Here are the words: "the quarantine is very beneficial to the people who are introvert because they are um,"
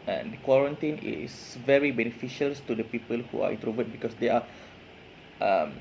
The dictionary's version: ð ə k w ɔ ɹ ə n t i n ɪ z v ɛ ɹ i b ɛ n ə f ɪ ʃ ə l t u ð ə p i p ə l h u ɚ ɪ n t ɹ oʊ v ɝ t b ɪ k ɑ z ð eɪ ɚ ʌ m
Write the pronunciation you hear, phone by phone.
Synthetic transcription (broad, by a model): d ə k w ɔ ɹ ə n t i n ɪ s v ɛ ɹ i b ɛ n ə f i ʃ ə l t u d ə p i p ə l h u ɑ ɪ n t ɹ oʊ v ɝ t b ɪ k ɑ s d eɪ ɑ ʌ m